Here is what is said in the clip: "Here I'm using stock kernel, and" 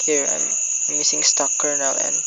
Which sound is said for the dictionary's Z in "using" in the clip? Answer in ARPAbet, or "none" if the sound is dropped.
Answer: S